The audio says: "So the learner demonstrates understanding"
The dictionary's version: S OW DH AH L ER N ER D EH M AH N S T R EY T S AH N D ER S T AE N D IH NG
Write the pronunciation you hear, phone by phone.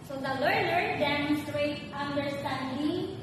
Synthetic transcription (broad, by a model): S OW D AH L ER L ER D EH M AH N S T R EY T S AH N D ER S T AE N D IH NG